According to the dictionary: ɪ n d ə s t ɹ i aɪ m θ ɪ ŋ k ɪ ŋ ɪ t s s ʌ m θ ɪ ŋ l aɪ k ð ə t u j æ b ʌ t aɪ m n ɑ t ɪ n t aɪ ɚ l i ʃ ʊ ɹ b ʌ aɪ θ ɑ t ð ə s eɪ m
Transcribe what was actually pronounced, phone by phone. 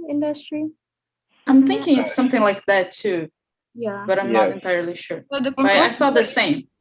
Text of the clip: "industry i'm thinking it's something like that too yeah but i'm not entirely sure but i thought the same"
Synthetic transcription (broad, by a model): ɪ n d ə s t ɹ i aɪ m θ ɪ ŋ k ɪ ŋ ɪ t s s ʌ m θ ɪ ŋ l aɪ k ð ə t u j æ b ʌ t aɪ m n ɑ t ɪ n t aɪ ɚ l i ʃ ʊ ɹ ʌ aɪ f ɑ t ð ə s eɪ m